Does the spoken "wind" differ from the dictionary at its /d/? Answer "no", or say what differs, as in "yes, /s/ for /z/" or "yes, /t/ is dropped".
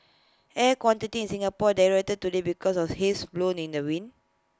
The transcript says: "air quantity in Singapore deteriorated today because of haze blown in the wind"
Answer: yes, /d/ is dropped